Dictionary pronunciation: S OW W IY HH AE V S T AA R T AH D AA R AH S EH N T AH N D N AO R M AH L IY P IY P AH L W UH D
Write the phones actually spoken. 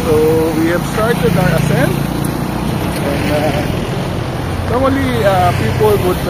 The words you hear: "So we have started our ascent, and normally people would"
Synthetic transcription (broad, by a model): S OW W IY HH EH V S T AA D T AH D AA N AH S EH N AH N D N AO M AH L IY P IY P AH L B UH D